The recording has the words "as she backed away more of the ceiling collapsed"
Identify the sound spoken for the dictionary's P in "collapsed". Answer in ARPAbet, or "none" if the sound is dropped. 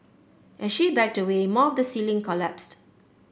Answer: P